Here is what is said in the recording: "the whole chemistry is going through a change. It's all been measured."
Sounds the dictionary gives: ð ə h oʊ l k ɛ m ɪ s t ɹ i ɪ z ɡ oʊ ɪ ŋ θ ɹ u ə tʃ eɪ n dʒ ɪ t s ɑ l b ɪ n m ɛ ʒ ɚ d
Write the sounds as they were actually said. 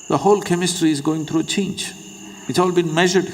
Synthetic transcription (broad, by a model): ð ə h oʊ l k ɛ m ɪ s t ɹ i ɪ z ɡ oʊ ɪ ŋ t ɹ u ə tʃ eɪ n dʒ ɪ t s ɑ l b ɪ n m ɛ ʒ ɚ d